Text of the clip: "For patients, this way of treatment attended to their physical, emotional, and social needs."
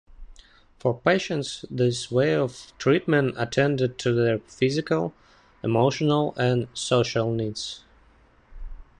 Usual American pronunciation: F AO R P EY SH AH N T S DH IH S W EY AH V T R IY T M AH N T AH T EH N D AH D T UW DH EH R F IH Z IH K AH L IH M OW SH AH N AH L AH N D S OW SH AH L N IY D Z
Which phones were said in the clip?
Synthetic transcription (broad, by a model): F AO R P EY SH AH N T S DH IH S W EY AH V T R IY T M AH N T AH T EH N D AH D T UW DH EH R F IH Z IH K AH L IH M OW SH AH N AH L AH N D S OW SH AH L N IY D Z